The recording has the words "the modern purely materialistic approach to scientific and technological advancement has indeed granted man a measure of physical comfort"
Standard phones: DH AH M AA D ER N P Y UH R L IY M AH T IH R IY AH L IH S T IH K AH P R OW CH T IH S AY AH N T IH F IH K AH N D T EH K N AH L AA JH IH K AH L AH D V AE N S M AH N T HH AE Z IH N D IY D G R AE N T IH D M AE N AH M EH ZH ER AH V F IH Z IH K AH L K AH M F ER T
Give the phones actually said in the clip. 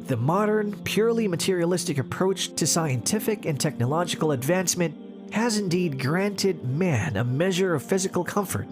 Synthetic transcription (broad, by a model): DH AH M AA D ER N P Y UH R L IY M AH T IH R IY AH L IH S T IH K AH P R OW CH T IH S AY AH N T IH F IH K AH N T EH K N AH L AA JH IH K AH L AH D V AE N S M AH N T HH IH Z IH N D IY D G R AE N T IH D M AE N AH M EH ZH ER AH V F IH Z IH K L K AH M F ER T